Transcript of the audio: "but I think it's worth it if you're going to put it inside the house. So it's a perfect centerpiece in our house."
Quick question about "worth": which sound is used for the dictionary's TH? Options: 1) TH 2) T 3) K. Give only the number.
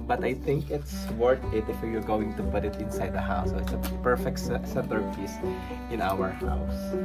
2